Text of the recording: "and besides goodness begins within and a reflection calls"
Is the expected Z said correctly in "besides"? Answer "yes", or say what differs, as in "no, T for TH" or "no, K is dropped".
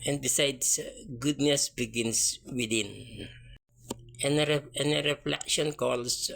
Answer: no, S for Z